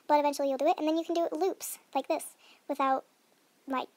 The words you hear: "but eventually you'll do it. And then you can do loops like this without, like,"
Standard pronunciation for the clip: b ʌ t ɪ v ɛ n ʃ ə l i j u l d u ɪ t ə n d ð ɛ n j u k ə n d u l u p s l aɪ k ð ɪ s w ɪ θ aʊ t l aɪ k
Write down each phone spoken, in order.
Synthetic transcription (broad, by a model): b ʌ t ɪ v ɛ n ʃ l i j u l d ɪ ɪ t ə n ð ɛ n j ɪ k n d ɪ l u p s l aɪ k ð ɪ s w ɪ θ aʊ t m aɪ